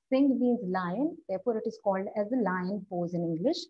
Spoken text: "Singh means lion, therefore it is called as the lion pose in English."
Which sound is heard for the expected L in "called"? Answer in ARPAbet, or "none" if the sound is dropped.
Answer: L